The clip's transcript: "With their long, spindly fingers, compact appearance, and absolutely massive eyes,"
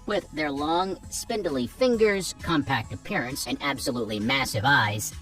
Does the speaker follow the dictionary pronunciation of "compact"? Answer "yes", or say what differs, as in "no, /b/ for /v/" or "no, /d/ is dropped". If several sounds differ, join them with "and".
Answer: yes